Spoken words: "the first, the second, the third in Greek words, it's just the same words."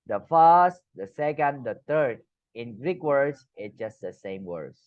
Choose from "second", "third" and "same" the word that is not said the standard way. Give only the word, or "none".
third